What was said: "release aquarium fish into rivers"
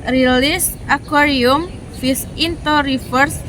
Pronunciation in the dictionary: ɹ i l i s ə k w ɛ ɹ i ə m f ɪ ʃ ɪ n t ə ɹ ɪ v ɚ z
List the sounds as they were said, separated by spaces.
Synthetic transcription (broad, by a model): ɹ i l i s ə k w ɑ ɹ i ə m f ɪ s ɪ n t ə ɹ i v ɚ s